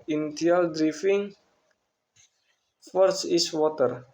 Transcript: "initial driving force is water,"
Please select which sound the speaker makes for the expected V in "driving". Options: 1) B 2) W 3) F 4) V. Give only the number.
3